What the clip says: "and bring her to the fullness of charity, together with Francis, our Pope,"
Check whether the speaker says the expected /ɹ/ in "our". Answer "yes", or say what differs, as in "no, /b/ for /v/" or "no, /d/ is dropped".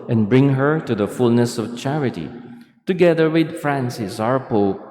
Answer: yes